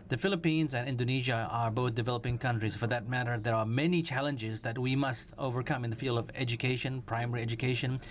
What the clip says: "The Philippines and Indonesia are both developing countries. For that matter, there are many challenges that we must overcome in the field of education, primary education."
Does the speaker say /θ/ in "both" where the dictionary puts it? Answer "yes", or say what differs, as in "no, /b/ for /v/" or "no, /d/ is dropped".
yes